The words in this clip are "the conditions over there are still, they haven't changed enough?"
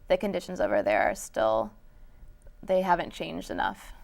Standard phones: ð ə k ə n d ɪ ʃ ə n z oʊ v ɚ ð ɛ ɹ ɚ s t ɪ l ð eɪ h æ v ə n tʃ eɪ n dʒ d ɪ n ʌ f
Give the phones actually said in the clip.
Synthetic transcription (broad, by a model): ð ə k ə n d ɪ ʃ n z oʊ v ɚ ð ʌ ɹ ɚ s t ɪ l ð eɪ h æ v ə n tʃ eɪ n dʒ d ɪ n ʌ f